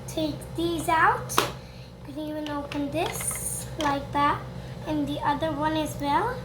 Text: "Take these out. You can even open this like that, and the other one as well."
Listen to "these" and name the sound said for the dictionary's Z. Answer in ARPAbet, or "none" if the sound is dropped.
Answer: Z